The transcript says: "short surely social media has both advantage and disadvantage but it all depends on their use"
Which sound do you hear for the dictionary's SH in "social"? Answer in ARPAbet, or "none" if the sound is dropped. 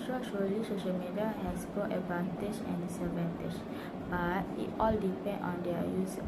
SH